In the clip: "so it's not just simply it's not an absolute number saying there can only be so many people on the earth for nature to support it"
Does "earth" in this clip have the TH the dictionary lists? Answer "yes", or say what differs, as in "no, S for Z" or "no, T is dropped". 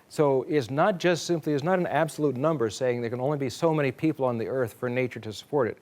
yes